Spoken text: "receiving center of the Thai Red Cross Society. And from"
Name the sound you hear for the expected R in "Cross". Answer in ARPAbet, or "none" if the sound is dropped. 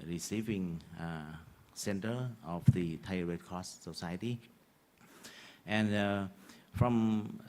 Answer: none